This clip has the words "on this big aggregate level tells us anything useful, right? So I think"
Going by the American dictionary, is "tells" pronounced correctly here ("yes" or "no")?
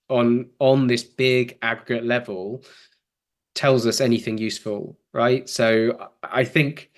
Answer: yes